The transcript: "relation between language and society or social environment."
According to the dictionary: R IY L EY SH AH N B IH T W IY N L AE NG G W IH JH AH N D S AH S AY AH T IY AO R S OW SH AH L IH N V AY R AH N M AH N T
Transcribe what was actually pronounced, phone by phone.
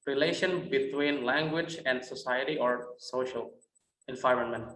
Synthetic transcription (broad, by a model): R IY L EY SH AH N B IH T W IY N L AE NG G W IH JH AH N D S AH S AY AH T IY AO R S OW SH AH L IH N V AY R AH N M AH N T